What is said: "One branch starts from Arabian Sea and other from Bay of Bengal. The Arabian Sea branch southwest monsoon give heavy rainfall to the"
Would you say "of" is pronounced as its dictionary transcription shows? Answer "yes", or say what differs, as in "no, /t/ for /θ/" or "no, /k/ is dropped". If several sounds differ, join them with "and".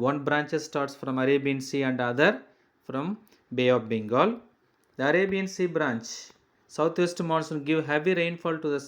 no, /p/ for /v/